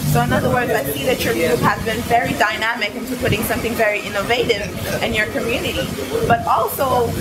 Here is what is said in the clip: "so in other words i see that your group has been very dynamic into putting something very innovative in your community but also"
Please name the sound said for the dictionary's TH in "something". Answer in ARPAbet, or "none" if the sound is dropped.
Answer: TH